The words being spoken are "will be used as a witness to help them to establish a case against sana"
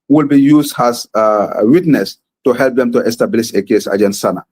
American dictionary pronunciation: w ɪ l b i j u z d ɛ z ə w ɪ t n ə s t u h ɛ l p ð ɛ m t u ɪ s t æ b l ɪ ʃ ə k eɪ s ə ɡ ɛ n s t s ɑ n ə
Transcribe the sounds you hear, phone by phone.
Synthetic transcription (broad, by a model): w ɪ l b i j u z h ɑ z w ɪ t n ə s t u h ɛ l p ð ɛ m t u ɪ s t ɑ b l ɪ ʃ ə k eɪ s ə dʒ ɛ n t s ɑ n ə